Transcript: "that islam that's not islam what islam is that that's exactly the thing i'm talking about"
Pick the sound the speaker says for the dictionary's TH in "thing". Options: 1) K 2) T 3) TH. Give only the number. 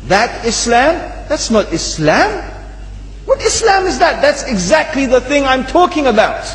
3